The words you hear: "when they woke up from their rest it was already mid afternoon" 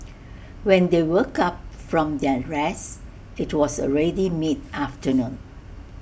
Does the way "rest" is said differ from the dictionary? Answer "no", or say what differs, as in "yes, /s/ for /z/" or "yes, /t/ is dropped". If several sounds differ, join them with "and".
yes, /t/ is dropped